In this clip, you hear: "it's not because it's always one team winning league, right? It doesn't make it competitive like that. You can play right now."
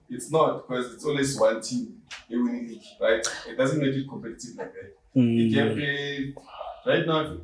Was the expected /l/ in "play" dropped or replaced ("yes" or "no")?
yes